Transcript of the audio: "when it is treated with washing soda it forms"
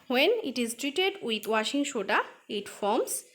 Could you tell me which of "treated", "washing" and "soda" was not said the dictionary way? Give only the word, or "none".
soda